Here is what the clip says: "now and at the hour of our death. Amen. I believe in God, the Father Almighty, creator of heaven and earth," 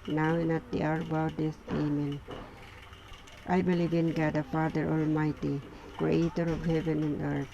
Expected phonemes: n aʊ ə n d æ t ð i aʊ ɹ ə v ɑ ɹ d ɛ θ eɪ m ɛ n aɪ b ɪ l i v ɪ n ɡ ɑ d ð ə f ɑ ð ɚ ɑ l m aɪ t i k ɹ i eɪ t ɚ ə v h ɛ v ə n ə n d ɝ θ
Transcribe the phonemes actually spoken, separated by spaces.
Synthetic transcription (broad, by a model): n aʊ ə n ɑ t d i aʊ ɹ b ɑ w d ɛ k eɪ m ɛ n aɪ b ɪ l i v ɪ n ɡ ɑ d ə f ɑ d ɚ ɑ l m aɪ t i k ɹ i eɪ t ɚ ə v h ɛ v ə n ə n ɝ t